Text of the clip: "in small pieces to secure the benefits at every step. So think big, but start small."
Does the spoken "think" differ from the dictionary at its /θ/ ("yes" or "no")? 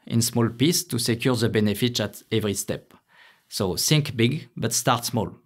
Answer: yes